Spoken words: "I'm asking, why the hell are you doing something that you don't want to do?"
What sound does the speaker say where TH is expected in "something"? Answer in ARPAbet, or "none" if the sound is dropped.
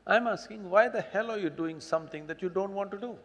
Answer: T